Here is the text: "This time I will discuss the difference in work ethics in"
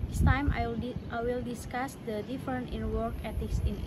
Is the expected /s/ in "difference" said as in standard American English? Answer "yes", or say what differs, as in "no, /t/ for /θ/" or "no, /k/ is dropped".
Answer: no, /s/ is dropped